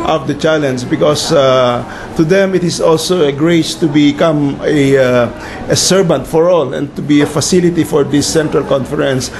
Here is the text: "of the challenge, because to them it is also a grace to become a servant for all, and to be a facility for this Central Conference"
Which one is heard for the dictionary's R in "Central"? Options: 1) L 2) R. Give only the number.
2